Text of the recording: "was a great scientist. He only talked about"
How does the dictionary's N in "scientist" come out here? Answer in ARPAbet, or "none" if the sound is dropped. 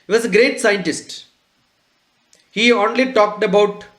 N